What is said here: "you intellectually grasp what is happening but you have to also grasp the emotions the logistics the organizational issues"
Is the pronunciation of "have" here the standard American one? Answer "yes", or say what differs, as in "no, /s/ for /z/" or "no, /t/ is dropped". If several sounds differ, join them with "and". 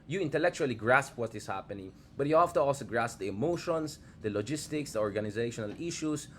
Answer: no, /f/ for /v/